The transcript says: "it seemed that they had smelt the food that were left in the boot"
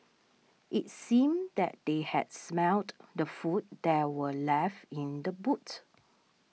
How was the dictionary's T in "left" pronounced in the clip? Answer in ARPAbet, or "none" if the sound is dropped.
none